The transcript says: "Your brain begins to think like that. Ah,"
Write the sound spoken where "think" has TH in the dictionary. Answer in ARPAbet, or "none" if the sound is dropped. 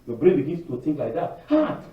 T